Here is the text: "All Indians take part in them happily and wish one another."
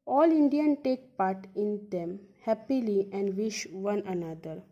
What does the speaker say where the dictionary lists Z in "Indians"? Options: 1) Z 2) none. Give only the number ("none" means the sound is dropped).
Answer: 2